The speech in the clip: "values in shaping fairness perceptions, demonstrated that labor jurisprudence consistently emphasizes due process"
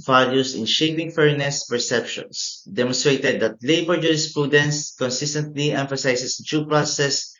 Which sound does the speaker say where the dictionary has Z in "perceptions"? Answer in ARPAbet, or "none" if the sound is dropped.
S